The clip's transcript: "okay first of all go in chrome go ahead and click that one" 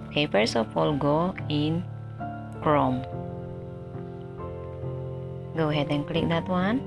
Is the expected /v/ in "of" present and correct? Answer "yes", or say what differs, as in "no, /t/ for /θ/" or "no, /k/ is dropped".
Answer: no, /p/ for /v/